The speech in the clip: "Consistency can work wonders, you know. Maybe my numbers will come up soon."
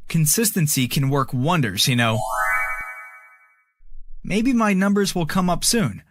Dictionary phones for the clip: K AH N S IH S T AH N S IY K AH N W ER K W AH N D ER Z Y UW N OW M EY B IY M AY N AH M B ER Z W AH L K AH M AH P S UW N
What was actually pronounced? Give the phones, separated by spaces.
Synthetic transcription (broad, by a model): K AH N S IH S T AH N S IY K AH N W ER K W AH N D ER Z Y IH N OW M EY B IY M AY N AH M B ER Z W AH L K AH M AH P S UW N